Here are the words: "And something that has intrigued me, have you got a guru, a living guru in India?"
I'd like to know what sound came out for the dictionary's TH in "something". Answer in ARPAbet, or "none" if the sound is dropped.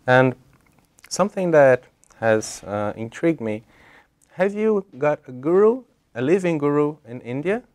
TH